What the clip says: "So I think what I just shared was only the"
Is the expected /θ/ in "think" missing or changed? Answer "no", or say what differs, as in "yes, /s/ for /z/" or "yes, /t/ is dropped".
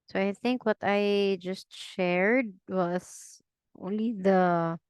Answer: no